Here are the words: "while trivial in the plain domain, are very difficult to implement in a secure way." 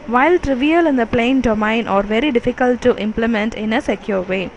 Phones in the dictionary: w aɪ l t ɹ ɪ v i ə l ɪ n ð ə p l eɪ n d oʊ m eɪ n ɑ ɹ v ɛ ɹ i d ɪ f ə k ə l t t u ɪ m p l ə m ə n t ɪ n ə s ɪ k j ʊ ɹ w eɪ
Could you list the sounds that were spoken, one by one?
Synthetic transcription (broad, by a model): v aɪ l t ɹ ɪ v i ə l ɪ n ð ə p l eɪ n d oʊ m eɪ n ɑ ɹ v ɛ ɹ i d ɪ f ə k ə l t t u ɪ m p l ə m ə n t ɪ n ə s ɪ k j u ɹ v eɪ